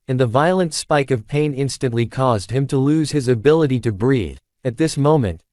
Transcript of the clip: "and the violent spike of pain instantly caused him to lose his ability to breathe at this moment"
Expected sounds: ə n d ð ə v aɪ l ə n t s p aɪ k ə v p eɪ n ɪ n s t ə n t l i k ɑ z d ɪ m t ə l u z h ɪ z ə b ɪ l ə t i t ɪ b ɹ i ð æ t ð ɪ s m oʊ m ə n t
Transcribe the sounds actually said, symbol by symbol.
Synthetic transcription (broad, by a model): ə n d ð ə v aɪ l ə n t s p aɪ k ə v p eɪ n ɪ n s t ə n t l i k ɑ z d ɪ m t ə l u z ɪ z ə b ɪ l ə t i t ɪ b ɹ i ð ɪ t ð ɪ s m oʊ m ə n t